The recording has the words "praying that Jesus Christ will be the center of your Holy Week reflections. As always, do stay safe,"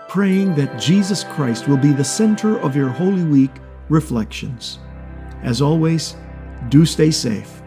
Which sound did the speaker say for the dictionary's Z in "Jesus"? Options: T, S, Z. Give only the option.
Z